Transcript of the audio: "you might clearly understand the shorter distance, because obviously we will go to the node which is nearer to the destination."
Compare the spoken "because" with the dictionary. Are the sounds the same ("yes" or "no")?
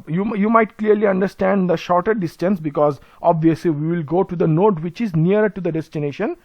yes